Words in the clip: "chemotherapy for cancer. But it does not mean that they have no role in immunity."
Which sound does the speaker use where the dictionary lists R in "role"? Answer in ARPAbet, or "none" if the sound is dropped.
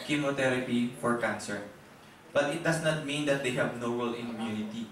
W